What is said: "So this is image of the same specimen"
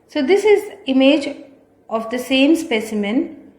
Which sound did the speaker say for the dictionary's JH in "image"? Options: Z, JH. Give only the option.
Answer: JH